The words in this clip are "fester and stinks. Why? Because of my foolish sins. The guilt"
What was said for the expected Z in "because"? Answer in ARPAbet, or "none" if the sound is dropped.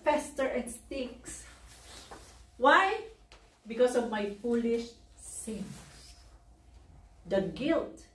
S